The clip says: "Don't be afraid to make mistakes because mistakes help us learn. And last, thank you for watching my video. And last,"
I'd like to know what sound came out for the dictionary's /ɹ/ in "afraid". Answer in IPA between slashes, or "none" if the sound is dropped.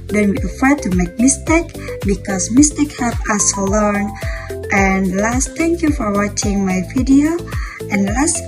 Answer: none